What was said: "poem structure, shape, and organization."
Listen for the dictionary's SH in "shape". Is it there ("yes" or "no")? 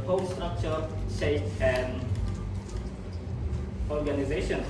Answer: no